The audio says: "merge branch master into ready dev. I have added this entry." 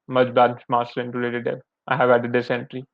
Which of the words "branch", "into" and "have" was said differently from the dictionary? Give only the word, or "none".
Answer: branch